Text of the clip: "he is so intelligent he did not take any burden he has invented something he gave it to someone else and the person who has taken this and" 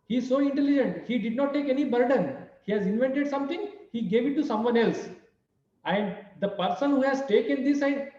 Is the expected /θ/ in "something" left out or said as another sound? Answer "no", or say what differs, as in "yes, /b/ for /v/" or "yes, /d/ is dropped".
yes, /t/ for /θ/